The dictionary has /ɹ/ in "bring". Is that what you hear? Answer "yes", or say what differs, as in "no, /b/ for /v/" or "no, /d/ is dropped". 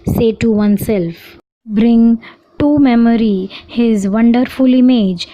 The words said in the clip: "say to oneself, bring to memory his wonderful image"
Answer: yes